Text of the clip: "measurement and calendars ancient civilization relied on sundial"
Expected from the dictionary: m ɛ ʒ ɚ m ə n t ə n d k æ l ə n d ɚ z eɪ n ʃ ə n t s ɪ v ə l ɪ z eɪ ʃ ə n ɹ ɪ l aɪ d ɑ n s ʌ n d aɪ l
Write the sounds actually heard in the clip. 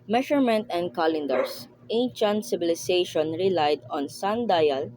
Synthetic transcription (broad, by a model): m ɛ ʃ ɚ m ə n t ə n d k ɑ l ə n d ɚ s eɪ n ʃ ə n t s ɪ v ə l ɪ s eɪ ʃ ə n ɹ ɪ l aɪ d ɑ n s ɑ n d aɪ l